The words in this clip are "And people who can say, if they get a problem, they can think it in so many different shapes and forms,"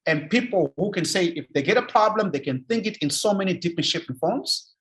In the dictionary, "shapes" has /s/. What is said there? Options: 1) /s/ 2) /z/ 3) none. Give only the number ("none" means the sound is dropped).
3